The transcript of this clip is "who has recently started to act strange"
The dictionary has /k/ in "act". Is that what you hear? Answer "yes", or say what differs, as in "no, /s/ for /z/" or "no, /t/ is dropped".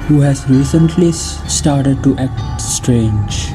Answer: yes